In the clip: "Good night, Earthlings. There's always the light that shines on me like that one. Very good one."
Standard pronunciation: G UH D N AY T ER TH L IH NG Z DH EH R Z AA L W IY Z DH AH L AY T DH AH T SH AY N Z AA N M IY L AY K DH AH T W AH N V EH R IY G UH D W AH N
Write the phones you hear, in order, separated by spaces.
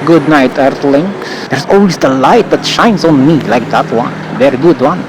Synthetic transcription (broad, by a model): G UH D N AY T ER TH L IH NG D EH R S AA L W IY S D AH L AY T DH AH T SH AY N S AA N M IY L AY K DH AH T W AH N V EH R IY G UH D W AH N